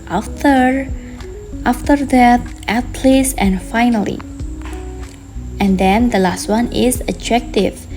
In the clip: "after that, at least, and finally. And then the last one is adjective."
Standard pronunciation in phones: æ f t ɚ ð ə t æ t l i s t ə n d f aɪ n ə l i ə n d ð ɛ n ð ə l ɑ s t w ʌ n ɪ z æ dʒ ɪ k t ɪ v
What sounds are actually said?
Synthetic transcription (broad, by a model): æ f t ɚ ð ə t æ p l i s ə n d f aɪ n ə l i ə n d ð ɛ n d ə l ɑ s t w ʌ n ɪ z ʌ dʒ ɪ k t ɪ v